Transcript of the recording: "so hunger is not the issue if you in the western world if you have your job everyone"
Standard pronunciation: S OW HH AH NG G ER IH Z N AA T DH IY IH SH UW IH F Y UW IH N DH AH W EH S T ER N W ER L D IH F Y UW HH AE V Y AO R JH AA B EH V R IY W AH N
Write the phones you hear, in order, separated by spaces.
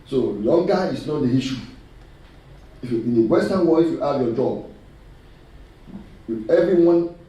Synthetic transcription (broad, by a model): S OW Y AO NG G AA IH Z N AA T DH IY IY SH UW IH F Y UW IH N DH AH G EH S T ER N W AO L IH F Y UW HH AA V Y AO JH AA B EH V R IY W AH N